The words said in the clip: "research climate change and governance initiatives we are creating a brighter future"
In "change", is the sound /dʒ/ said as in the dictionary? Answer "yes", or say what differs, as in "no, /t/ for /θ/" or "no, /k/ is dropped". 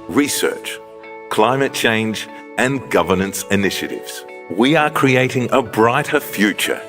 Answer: yes